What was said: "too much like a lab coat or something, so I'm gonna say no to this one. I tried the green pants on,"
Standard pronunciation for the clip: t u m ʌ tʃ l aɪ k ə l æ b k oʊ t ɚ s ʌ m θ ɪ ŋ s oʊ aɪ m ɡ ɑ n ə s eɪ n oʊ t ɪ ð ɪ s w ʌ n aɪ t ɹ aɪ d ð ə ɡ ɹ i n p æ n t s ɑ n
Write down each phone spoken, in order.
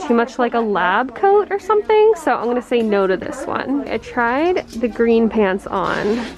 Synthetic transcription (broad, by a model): t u m ʌ tʃ l aɪ k ə l æ b k oʊ t ɚ s ʌ m θ ɪ ŋ s oʊ aɪ m ɡ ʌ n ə s eɪ n oʊ t ɪ ð ɪ s w ʌ n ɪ t ɹ aɪ d ð ə ɡ ɹ i n p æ n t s n